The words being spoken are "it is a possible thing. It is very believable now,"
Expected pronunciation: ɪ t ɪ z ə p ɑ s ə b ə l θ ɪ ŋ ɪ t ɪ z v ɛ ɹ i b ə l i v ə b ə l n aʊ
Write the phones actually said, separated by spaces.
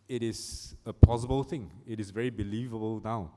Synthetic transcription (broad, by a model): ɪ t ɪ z ə p ɑ s ə b ə l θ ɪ ŋ ɪ t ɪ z v ɛ ɹ i b ə l i v ə b ə l n aʊ